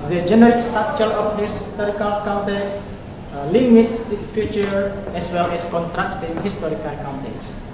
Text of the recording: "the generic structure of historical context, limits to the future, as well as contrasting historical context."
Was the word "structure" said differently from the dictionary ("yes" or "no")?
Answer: yes